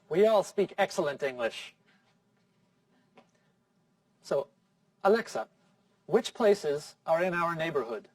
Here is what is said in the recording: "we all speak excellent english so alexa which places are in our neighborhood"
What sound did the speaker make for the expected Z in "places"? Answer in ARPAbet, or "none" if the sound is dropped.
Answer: Z